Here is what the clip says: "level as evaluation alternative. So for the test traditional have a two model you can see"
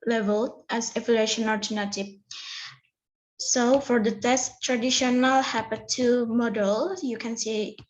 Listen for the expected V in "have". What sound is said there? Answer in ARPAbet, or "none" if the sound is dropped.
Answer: P